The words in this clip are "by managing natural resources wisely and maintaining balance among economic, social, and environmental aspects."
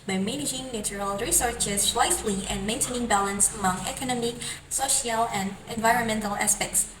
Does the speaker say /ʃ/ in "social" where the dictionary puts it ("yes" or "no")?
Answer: yes